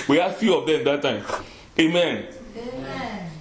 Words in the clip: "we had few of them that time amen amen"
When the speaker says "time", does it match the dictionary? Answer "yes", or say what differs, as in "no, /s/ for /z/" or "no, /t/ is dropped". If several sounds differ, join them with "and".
no, /m/ is dropped